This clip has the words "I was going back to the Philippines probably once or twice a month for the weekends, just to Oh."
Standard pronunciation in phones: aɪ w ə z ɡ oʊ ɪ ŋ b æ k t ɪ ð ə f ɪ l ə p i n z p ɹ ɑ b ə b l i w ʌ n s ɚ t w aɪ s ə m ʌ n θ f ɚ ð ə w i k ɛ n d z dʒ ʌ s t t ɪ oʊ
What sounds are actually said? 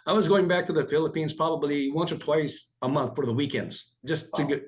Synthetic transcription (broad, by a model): aɪ w ə z ɡ oʊ ɪ ŋ b æ k t ɪ ð ə f ɪ l ə p i n z p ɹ ɑ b ə b l i w ʌ n s ɚ t w aɪ s ə m ʌ n θ f ɚ ð ə w i k ɛ n d z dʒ ʌ s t t ɪ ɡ